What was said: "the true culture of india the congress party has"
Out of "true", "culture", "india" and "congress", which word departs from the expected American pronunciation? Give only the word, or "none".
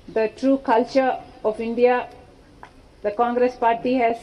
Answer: none